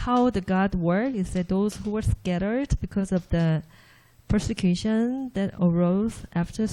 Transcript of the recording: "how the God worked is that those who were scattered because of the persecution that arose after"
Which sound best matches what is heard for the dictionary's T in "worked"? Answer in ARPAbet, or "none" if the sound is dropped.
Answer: none